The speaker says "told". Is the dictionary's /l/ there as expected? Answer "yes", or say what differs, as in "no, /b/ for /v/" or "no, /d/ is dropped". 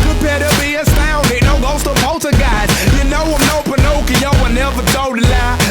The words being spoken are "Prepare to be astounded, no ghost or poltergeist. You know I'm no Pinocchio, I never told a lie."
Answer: no, /l/ is dropped